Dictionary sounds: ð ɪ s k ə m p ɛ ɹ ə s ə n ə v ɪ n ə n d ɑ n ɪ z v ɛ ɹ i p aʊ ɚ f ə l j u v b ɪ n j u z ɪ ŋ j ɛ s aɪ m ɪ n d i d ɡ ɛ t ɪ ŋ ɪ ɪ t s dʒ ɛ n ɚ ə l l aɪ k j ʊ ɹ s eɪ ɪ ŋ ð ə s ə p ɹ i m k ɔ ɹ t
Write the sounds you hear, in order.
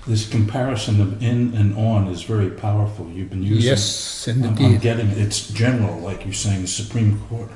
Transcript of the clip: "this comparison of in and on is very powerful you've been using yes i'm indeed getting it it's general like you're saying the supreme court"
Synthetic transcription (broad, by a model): ð ɪ s k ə m p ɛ ɹ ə s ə n ə v ɪ n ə n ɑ n ɪ z v ɛ ɹ i p aʊ ɚ f l j u v b ɪ n j u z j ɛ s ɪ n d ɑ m ɡ ɛ t ɪ ŋ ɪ ɪ t s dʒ ɛ n ɚ l l aɪ k j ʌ ɹ s eɪ ɪ ŋ ð ə s ə p ɹ i m k ɔ ɹ t